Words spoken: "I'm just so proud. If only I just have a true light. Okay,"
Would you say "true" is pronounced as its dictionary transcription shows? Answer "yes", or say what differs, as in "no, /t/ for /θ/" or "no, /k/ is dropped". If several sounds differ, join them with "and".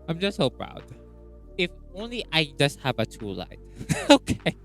no, /ɹ/ is dropped